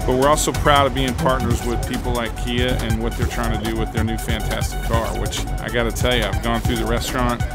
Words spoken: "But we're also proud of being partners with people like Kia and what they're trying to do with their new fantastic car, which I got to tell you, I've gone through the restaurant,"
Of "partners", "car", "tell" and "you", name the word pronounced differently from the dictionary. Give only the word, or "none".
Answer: none